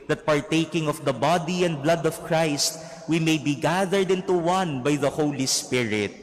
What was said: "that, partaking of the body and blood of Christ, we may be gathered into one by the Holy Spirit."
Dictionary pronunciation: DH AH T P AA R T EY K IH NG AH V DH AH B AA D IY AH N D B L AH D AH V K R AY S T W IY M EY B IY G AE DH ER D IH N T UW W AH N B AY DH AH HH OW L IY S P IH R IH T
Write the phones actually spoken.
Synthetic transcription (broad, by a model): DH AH T P AA R T EY K IH NG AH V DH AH B AA D IY AH N D B L AH D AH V K R AY S T W IY M EY B IY G AE DH ER D IH N T UW W AH N B AY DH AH HH OW L IY S P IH R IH T